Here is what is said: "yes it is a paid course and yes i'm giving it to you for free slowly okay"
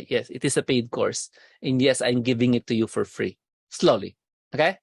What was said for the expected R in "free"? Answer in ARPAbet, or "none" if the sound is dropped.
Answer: R